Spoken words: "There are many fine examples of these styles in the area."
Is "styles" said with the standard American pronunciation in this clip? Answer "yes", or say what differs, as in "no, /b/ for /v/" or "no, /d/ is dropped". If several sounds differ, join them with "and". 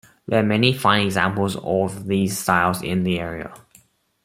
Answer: yes